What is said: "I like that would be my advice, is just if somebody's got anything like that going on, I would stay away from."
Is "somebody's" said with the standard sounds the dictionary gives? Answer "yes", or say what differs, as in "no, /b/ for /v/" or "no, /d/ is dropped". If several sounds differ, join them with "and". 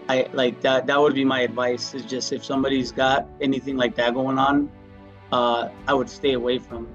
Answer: yes